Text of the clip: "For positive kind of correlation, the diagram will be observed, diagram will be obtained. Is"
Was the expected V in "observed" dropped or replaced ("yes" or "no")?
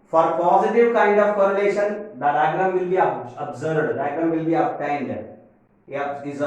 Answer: yes